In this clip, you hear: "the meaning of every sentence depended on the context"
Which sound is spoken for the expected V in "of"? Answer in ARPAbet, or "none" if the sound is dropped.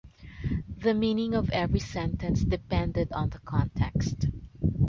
V